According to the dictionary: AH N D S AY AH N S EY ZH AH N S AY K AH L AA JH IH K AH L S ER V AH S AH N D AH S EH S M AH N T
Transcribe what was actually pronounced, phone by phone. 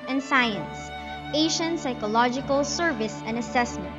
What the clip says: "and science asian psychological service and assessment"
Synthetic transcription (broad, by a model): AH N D S AY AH N S EY SH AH N S AY K AH L AA JH IH K AH L S ER V AH S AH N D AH S EH S M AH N T